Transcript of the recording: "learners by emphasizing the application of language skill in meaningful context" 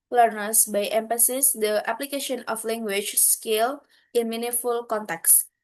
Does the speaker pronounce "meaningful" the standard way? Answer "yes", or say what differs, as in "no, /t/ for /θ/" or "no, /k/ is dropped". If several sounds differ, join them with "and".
no, /ŋ/ is dropped